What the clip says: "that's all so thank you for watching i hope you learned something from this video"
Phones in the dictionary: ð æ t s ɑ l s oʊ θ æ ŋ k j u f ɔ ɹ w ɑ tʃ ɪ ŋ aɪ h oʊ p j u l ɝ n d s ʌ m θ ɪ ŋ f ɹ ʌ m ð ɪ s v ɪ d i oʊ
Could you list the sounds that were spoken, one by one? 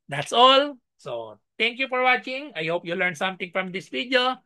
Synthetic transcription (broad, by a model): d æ t s ɑ l s oʊ t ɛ ŋ k j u f ɔ ɹ w ɑ tʃ ɪ ŋ aɪ h oʊ p j u l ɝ n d s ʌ m t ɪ ŋ f ɹ ʌ m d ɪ s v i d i oʊ